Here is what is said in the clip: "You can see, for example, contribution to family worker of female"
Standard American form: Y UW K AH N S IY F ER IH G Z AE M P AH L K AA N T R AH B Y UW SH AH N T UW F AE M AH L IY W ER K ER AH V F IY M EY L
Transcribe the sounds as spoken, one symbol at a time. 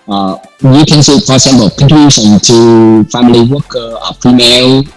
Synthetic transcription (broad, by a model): Y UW K AH N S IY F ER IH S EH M B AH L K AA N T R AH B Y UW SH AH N T UW F AE M AH L IY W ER K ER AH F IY M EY L